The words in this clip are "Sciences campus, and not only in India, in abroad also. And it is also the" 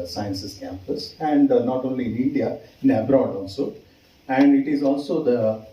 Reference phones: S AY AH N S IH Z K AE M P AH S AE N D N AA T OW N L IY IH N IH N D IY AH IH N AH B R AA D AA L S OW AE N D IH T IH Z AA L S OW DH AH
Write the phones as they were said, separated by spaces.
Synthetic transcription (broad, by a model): S AY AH N S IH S K AE M P AH S AE N D N AA T OW N L IY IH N IH N D IY AH IH N AH B R AA D AA L S OW AE N D IH T IH Z AA L S OW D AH